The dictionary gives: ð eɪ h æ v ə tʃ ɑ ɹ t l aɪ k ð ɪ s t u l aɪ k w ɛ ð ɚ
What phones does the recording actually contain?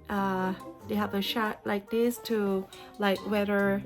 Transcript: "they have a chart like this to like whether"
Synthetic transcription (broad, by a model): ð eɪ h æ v ə ʃ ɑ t l aɪ k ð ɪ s t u l aɪ k w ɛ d ɚ